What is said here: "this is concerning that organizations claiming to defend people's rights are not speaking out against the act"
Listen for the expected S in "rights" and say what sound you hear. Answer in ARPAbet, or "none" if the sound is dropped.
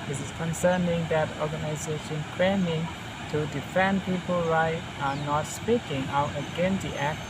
none